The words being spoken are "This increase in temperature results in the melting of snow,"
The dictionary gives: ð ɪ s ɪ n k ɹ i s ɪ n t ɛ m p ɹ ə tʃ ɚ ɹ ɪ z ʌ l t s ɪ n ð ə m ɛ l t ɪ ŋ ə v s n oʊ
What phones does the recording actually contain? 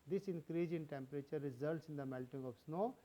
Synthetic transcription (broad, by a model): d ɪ s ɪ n k ɹ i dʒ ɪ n t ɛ m p ɹ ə tʃ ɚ ɹ ɪ z ʌ l t s ɪ n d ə m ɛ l t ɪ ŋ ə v s n oʊ